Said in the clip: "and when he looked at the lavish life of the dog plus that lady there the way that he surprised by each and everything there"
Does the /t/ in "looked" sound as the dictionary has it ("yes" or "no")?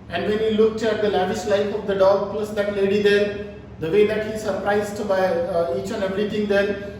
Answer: yes